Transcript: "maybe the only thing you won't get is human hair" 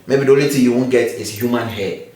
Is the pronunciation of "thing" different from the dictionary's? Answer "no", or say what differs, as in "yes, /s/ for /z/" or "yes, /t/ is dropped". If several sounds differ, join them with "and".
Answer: yes, /t/ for /θ/